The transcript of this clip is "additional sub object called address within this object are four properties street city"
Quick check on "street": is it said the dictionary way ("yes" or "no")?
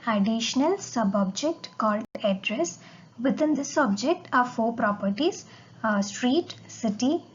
yes